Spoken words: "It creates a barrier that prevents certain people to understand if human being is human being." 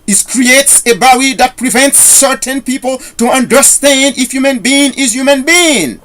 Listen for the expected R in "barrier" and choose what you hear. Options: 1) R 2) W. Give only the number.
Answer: 2